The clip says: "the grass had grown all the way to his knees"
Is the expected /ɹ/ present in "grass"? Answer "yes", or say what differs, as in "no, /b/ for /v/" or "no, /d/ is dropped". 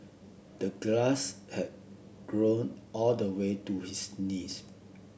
no, /l/ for /ɹ/